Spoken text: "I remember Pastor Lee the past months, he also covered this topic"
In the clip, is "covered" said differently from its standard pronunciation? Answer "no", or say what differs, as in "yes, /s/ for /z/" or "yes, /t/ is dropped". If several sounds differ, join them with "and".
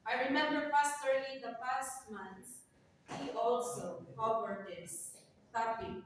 yes, /w/ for /v/